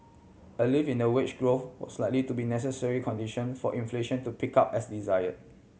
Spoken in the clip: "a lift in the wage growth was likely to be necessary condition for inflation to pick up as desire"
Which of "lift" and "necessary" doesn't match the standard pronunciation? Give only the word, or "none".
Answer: lift